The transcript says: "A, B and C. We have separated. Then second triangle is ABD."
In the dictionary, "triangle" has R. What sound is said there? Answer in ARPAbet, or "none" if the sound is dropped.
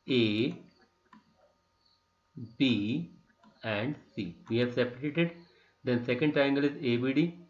none